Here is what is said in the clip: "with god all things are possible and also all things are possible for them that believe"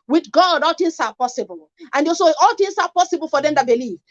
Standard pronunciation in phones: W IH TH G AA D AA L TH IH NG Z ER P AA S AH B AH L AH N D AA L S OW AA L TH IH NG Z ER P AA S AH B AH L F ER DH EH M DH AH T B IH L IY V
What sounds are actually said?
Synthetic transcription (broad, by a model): W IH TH G AA D AA L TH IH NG S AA P AA S AH B AH L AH N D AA S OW AA L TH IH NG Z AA P AA S AH B AH L F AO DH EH M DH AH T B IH L IY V